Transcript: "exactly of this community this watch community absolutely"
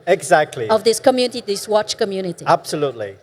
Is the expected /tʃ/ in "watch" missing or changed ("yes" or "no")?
no